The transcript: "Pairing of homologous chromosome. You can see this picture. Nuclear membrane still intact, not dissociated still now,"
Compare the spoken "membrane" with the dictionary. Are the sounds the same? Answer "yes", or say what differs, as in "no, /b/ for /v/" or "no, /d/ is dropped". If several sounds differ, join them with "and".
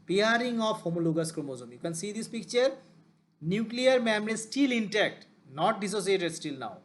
no, /b/ is dropped